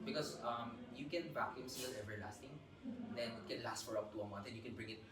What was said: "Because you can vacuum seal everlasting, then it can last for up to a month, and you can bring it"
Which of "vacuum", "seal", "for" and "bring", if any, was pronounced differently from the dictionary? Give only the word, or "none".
vacuum